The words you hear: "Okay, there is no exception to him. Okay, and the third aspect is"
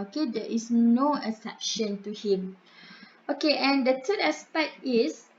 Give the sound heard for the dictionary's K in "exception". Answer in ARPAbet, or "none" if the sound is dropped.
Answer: none